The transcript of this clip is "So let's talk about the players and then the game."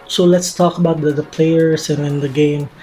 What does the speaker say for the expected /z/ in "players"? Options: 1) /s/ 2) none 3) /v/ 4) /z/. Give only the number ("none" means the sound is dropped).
1